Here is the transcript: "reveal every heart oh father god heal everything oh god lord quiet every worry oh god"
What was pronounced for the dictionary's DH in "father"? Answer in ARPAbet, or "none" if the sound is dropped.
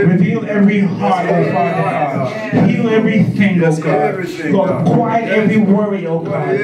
none